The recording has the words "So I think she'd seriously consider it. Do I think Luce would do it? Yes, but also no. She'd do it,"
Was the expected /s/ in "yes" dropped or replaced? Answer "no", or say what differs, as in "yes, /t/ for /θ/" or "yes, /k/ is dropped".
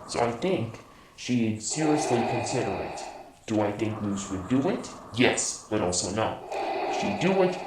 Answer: no